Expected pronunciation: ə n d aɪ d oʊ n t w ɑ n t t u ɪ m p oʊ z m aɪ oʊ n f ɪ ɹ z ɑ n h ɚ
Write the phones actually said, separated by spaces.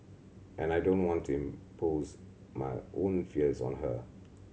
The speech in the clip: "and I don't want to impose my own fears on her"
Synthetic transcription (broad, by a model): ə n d aɪ d oʊ n t w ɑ n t t u ɪ m p oʊ z m aɪ oʊ n f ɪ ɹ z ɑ n h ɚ